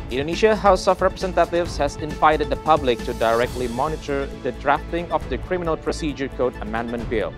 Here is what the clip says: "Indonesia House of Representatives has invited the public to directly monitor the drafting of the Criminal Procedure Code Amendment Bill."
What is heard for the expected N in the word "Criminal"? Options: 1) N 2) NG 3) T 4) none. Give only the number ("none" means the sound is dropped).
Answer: 1